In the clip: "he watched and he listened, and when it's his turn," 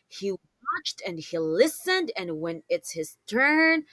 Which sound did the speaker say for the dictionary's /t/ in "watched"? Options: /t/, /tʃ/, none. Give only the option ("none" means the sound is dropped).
/t/